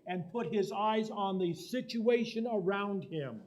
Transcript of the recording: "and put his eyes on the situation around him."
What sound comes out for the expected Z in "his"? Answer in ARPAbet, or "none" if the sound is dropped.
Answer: Z